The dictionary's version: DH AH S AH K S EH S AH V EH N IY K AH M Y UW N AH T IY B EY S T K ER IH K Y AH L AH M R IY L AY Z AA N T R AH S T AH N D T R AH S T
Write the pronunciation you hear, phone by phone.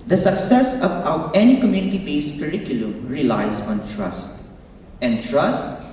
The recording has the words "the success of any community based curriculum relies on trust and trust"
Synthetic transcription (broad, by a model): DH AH S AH K S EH S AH W EH N IY K AH M Y UW N AH T IY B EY S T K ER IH K Y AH L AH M R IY L AY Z AA N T R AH S T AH N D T R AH S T